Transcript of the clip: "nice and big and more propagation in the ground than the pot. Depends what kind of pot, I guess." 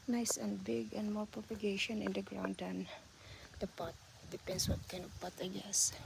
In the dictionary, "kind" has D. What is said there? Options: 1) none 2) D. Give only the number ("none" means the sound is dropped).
1